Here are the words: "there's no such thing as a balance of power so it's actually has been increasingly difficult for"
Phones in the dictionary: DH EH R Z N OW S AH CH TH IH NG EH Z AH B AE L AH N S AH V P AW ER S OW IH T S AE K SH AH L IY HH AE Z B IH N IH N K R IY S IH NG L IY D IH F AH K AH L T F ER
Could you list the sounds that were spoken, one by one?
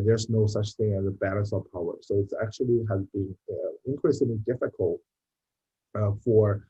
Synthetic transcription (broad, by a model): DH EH R Z N OW S AH CH TH IH NG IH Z AH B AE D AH S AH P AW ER S OW IH T S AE K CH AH L IY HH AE Z B IH N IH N K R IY S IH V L IY D IH F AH K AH L T F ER